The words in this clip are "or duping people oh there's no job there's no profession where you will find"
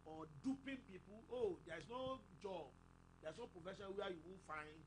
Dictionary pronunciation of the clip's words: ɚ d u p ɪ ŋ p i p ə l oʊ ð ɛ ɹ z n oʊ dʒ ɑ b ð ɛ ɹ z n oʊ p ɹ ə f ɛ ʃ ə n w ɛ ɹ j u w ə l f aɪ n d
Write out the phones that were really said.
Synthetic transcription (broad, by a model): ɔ d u p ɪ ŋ p i p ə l oʊ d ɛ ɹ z n oʊ dʒ ɑ b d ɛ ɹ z n oʊ p ɹ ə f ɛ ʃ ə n w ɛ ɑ j u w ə n f aɪ n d